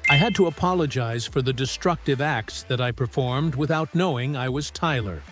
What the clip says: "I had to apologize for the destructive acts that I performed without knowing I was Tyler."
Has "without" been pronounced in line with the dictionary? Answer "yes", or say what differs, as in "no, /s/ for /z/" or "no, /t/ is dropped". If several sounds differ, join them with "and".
yes